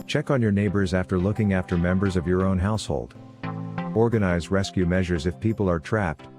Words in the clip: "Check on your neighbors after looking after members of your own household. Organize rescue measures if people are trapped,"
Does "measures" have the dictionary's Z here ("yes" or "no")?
yes